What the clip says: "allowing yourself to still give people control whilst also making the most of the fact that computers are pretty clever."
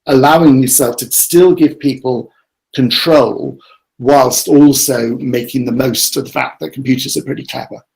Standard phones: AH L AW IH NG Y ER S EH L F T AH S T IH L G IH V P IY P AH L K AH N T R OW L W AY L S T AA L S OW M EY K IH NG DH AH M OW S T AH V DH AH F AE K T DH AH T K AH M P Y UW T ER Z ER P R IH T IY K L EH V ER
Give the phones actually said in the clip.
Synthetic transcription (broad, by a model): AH L AW IH NG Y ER S EH L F T AH S T IH L G IH V P IY P AH L K AH N T R OW L W AY L S T AA L S OW M EY K IH NG DH AH M OW S T AH V DH AH F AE K DH AH T K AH M P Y UW T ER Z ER P R IH T IY K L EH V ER